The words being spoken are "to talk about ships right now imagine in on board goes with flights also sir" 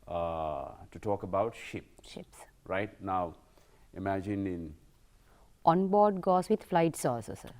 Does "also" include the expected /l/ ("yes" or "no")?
no